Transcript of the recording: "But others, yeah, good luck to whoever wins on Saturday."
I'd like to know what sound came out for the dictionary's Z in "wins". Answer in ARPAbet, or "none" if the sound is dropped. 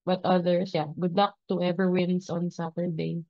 S